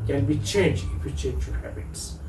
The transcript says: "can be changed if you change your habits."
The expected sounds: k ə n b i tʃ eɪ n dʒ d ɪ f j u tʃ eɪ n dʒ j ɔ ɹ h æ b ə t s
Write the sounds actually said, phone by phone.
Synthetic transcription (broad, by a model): k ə n b i tʃ eɪ n dʒ ɪ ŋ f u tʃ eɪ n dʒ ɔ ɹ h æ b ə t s